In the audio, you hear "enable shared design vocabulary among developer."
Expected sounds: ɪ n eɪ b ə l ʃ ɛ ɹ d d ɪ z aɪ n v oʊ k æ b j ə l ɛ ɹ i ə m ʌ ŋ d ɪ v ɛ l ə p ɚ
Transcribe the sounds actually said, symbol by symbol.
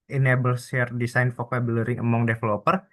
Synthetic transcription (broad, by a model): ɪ n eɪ b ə l s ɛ ɹ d d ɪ s aɪ n f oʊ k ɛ b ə l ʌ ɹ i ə m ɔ ŋ d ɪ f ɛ l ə p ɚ